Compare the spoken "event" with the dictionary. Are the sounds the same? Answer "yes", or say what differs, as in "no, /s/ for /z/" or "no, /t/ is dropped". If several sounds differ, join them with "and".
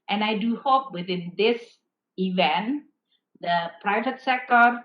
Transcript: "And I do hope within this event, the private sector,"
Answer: yes